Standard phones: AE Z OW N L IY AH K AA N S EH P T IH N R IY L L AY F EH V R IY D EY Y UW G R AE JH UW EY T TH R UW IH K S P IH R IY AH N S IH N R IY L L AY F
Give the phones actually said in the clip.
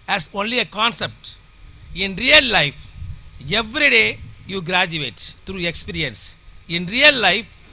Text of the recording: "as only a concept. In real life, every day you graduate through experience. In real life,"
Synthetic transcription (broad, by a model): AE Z OW N L IY AH K AA N S EH P T IH N R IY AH L AY F EH V R IY D EY Y UW G R AE JH UW EY T T R UW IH K S P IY R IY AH N S IH N R IY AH L AY F